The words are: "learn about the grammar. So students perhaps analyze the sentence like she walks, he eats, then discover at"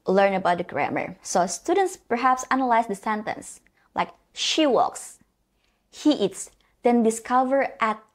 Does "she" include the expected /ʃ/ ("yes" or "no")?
yes